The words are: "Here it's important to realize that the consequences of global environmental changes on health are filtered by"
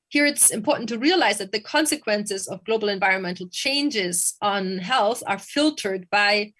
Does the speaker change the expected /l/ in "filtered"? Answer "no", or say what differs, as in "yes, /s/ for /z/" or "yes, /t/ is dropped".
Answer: no